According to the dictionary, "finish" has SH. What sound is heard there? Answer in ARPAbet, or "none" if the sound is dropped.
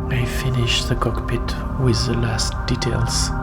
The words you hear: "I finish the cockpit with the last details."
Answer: SH